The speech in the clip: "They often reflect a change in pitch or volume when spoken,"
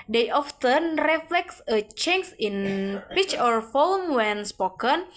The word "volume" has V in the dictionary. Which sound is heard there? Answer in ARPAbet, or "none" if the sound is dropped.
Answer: F